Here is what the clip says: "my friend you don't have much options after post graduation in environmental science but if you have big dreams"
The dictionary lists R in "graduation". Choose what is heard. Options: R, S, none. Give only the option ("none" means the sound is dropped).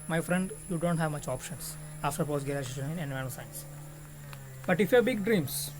none